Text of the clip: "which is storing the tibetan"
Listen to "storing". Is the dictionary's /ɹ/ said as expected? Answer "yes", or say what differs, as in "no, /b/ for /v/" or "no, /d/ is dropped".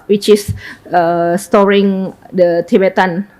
yes